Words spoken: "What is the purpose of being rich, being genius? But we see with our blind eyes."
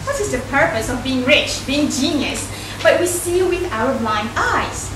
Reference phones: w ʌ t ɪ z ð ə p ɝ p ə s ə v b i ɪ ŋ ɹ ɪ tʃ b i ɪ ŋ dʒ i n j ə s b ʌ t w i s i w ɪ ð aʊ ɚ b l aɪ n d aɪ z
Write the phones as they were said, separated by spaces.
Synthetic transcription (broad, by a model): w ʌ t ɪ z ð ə p ɝ p ə s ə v b i ɪ ŋ ɹ ɪ tʃ b i ɪ ŋ dʒ i n j ə s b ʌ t w i s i w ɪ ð aʊ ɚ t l aɪ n aɪ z